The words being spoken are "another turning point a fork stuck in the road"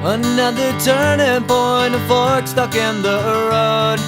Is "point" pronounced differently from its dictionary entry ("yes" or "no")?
yes